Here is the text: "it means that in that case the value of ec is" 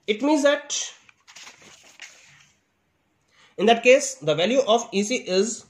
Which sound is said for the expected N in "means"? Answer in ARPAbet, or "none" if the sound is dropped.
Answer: N